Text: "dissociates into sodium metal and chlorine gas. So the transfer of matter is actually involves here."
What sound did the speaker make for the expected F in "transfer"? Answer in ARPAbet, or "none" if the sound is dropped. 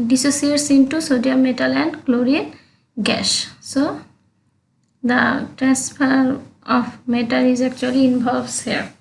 P